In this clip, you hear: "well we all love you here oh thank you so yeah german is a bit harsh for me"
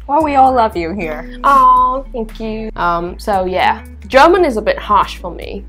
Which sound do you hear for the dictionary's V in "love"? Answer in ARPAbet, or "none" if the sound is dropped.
V